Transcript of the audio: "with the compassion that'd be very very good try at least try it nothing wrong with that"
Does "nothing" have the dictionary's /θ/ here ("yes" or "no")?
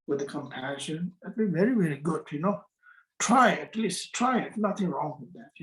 yes